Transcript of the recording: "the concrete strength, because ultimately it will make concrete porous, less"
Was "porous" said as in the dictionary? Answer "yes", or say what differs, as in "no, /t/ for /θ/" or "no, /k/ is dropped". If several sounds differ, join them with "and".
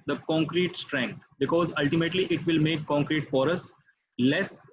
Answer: no, /f/ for /p/